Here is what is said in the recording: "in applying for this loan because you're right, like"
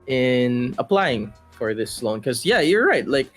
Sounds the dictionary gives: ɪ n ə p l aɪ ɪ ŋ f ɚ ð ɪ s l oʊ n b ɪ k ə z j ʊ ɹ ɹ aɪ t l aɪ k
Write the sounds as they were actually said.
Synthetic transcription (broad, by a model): ɪ n ə p l aɪ ɪ ŋ f ɚ ð ɪ s l oʊ n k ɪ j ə j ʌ ɹ ɹ aɪ t l aɪ k